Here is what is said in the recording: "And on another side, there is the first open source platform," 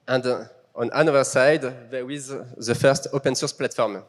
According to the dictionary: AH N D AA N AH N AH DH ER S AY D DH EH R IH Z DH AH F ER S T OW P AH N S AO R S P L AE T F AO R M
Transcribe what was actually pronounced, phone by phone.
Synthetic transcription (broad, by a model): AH N D AA N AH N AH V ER S AY D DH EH W IH Z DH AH F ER S T OW P AH N S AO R S P L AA T F AO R M